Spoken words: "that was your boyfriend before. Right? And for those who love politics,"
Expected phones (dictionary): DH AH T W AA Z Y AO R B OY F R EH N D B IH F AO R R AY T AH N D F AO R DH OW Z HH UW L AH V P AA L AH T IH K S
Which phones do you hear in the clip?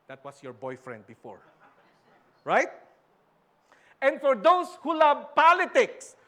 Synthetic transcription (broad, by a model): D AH T W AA S Y AO R B OY F R EH N D B IH F AO R R AY T AH N D F AO R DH OW S HH UW L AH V P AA L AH T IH K S